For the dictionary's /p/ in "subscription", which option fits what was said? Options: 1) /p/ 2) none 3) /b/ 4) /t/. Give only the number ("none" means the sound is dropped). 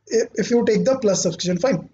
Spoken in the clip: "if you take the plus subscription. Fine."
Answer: 2